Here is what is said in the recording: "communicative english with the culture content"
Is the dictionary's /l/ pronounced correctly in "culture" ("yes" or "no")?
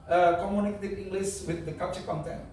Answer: no